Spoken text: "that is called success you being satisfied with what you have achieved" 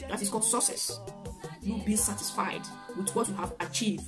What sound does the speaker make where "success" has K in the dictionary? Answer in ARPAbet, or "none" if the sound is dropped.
none